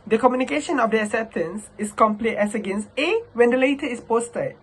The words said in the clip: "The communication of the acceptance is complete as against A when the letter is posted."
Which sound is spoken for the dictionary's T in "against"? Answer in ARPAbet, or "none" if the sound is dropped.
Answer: T